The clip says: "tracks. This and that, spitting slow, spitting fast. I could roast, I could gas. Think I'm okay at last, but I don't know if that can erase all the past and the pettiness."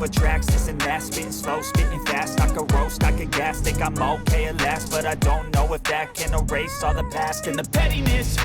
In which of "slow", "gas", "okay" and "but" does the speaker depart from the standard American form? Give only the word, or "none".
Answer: none